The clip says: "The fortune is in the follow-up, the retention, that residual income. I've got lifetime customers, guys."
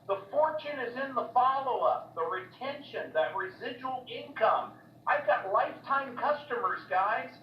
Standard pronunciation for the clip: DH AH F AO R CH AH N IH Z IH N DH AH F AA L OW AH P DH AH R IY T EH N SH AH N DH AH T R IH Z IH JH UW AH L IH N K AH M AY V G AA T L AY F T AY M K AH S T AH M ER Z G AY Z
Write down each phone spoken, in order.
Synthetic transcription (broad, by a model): DH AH F AO R CH AH N IH Z IH N DH AH F AA L OW AH P DH AH R IY T EH N SH AH N DH AH T R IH Z IH JH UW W L IH N K AH M AY V G AA T L AY F T AY M K AH S T AH M ER Z G AY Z